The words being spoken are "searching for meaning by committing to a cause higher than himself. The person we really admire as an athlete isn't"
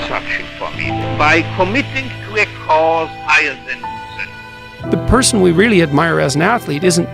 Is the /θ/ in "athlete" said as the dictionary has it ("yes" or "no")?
yes